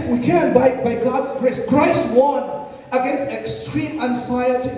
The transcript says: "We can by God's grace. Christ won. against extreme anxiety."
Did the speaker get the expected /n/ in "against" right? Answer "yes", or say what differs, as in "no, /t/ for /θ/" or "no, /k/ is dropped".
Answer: yes